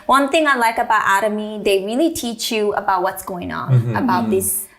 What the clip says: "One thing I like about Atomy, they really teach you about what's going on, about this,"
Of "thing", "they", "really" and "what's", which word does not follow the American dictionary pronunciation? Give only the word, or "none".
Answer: none